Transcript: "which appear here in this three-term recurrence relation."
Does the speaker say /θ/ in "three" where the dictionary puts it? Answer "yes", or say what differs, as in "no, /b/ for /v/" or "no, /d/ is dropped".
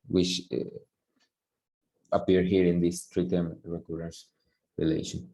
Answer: no, /t/ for /θ/